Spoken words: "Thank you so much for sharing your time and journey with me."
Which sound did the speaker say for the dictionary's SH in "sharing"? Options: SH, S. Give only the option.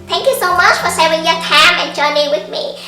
S